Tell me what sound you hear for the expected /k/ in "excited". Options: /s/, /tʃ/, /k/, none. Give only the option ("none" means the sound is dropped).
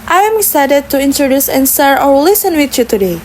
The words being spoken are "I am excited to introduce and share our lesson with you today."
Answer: none